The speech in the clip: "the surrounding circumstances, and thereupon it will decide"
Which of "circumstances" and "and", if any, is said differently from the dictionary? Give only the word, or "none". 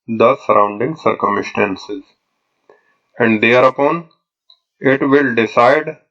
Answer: none